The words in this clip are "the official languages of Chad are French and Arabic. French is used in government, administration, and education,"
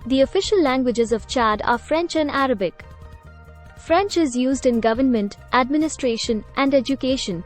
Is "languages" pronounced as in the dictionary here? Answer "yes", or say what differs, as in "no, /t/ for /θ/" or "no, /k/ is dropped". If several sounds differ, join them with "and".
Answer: yes